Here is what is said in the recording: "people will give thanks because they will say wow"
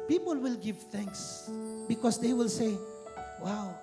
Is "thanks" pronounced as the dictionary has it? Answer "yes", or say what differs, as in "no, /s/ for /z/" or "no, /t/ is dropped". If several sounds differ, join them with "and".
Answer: yes